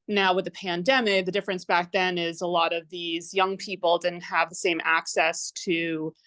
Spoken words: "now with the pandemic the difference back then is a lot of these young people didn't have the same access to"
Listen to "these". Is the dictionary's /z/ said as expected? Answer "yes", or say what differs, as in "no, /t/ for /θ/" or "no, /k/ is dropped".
yes